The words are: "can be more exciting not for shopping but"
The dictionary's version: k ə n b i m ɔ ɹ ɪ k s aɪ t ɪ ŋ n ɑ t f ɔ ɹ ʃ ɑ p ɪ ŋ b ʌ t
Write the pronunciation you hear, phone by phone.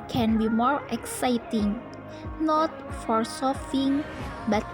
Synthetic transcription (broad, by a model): k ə n b i m ɔ ɹ ɪ k s aɪ t ɪ ŋ n ɑ t f ɔ ɹ s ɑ f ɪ ŋ b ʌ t